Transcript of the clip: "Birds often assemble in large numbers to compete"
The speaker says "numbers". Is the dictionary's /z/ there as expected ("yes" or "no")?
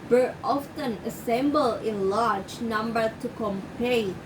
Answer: no